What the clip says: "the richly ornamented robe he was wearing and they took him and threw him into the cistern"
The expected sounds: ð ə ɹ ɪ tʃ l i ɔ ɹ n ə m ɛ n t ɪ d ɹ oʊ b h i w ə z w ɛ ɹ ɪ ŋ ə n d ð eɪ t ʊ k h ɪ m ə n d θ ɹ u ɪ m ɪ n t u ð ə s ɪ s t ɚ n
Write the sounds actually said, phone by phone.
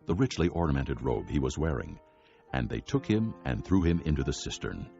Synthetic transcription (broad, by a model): ð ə ɹ ɪ tʃ l i ɔ ɹ n ə m ɛ n t ɪ d ɹ oʊ b h i w ə z w ɛ ɹ ɪ ŋ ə n ð eɪ t ʊ k h ɪ m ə n θ ɹ u ɪ m ɪ n t u ð ə s ɪ s t ɚ n